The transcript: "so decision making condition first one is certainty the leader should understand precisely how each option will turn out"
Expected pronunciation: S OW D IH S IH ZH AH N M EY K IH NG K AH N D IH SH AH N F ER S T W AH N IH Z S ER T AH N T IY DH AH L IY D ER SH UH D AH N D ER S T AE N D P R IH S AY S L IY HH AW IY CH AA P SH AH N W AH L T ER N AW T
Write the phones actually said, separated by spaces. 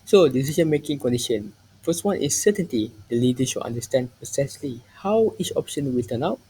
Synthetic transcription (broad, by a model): S OW D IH S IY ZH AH N M EY K IH NG K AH N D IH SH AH N F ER S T W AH N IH S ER T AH N T IY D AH L IY D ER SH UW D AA N D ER S T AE N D P IH S AY S L IY HH AW IY CH AA P SH AH N W AH L T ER N AW T